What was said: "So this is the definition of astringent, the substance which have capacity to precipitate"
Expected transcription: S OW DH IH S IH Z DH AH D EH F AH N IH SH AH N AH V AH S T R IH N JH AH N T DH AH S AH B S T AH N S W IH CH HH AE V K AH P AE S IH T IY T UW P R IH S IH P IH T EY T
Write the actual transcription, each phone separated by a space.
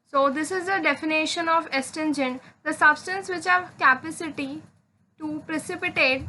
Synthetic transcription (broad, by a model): S OW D IH S IH Z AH D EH F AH N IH SH AH N AH V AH S T EH N JH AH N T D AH S AH B S T AH N S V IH CH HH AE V K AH P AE S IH T IY T UW P R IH S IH P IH T EY T